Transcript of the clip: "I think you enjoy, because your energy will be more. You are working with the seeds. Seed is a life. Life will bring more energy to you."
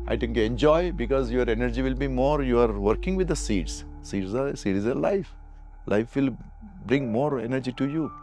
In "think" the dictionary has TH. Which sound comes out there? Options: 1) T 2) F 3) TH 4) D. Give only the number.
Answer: 1